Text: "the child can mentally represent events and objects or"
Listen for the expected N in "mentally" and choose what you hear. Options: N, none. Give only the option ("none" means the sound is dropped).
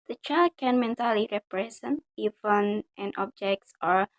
N